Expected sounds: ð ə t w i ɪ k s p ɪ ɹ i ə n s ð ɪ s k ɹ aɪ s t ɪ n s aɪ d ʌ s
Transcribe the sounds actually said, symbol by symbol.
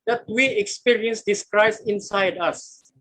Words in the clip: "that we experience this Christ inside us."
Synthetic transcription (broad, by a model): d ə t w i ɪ k s p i ɹ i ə n s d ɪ s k ɹ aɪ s ɪ n s aɪ d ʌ s